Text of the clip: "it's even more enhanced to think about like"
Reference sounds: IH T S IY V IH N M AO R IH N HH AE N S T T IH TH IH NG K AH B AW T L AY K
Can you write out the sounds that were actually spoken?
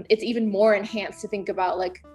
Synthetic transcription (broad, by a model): IH T S IY V IH N M AO R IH N HH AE N S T T IH TH IH NG K AH B AW T L AY K